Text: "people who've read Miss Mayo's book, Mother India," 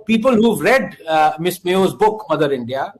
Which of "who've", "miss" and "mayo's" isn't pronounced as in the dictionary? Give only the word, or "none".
none